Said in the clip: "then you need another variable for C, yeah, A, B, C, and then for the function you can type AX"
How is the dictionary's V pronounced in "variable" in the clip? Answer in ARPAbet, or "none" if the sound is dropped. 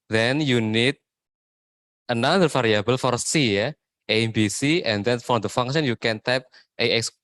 F